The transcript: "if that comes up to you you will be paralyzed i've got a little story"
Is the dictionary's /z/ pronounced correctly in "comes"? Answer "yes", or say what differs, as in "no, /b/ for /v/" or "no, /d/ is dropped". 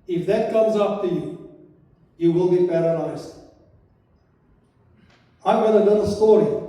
yes